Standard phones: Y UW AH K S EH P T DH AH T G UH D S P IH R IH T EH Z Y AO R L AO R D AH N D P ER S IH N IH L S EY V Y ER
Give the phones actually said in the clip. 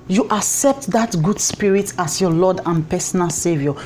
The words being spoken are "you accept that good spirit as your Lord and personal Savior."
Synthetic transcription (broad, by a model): Y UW AH K S EH P T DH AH T G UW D S P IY R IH T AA S Y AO L AO D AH N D P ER S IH N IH L S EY V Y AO